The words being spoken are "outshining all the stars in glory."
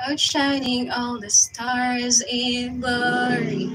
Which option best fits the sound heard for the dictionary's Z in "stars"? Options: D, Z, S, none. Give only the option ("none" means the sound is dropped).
Z